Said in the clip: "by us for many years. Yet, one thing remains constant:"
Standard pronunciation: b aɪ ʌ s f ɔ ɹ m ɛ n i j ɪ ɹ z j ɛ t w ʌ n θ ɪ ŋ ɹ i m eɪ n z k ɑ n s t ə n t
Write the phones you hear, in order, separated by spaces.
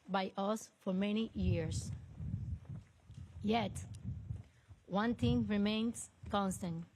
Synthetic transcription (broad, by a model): b aɪ ʌ s f ɔ ɹ m ɛ n i j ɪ ɹ s j ɛ t w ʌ n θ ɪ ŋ ɹ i m eɪ n s k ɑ n s t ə n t